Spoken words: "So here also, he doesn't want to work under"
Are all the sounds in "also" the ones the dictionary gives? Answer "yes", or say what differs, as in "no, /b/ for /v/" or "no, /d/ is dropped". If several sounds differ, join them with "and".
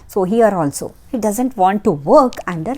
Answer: yes